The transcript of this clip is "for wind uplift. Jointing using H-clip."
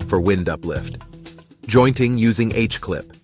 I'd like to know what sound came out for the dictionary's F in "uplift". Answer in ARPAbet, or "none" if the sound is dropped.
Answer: F